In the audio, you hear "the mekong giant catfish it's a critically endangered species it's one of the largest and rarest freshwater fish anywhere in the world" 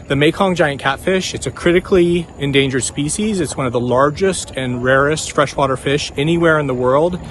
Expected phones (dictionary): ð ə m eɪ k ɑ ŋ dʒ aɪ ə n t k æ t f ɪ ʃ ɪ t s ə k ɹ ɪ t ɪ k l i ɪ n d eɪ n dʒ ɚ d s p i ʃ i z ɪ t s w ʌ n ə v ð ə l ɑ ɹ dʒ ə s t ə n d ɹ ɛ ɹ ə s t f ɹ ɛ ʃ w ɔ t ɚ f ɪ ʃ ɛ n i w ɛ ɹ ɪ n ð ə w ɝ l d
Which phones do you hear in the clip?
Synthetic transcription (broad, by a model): ð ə m eɪ k ɑ ŋ dʒ aɪ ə n k æ t f ɪ ʃ ɪ t s ə k ɹ ɪ t ɪ k l i ɪ n d eɪ n dʒ ɚ d s p i ʃ i z ɪ t s w ʌ n ə v ð ə l ɑ ɹ dʒ ə s t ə n ɹ ɛ ɹ ə s t f ɹ ɛ ʃ w ɔ t ɚ f ɪ ʃ ɛ n i w ɛ ɹ ɪ n ð ə w ɝ l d